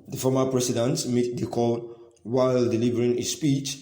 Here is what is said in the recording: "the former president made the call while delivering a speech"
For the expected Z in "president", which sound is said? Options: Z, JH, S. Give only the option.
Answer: S